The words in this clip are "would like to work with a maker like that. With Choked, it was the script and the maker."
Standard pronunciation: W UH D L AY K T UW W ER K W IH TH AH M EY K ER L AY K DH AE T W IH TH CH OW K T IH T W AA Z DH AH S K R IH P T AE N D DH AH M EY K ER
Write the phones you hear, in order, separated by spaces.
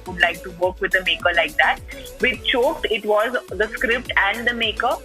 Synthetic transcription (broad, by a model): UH D L AY K T UW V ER K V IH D AH M EY K ER L AY K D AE T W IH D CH OW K T IH T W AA Z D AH S K R IH P T AE N D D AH M EY K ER